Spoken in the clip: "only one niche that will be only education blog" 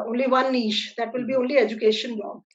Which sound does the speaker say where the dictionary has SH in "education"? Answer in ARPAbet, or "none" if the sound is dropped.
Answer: SH